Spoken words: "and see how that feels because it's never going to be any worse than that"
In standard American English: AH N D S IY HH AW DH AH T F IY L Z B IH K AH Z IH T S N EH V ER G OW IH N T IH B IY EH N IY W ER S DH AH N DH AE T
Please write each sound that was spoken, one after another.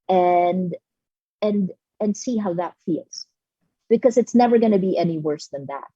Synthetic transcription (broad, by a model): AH N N S IY HH AW DH AH T F IY L Z B IH K AH Z IH T S N EH V ER G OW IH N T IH B IY EH N IY W ER S DH AH N DH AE T